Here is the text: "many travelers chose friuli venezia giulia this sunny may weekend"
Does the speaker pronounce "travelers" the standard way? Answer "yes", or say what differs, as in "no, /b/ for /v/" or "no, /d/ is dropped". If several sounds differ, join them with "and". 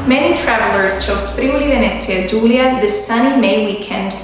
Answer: yes